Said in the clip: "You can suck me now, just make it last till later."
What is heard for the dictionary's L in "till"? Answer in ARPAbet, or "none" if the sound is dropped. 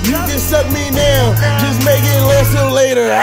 N